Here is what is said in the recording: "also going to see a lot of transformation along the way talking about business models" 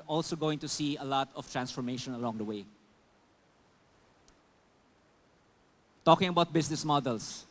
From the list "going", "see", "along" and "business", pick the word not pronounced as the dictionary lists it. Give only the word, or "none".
business